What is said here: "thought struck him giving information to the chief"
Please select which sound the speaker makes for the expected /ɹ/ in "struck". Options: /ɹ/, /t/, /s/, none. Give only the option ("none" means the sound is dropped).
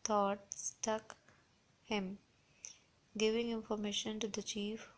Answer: none